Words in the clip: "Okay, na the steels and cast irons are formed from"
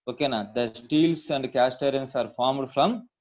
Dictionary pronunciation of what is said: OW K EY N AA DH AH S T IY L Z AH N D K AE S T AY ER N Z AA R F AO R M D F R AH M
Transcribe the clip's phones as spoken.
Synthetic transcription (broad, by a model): OW K EY N AA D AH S T IY L S AH N D K AE S T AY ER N S AA R F AO R M D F R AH M